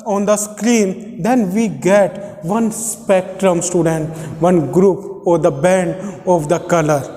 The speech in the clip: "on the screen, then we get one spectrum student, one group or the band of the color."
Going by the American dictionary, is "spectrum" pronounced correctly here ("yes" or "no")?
yes